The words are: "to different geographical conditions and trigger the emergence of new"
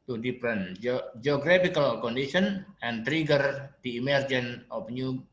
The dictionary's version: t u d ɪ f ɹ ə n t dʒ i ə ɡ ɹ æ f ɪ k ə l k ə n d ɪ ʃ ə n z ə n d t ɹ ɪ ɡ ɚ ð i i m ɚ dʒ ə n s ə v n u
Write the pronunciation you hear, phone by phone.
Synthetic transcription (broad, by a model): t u d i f ɹ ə n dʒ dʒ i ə ɡ ɹ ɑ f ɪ k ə l k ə n d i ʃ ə n ə n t ɹ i ɡ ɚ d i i m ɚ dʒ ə n ə p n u